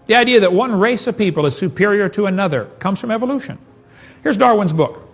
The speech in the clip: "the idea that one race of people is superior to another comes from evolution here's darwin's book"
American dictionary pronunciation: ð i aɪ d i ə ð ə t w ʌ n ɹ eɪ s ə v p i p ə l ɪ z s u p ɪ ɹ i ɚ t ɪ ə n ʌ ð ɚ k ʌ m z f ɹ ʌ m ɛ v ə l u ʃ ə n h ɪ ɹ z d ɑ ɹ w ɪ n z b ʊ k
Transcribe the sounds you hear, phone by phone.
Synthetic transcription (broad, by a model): ð i aɪ d i ə ð ə t w ʌ n ɹ eɪ s ə v p i p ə l ɪ z s u p ɪ ɹ i ɚ t ɪ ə n ʌ ð ɚ k ʌ m z f ɹ ʌ m ɛ v ə l u ʃ ə n h ɪ ɹ z d ɑ ɹ w ɪ n z b ʊ k